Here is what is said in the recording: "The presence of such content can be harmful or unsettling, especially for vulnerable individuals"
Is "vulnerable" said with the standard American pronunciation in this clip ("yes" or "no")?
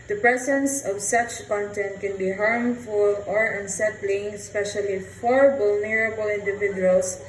no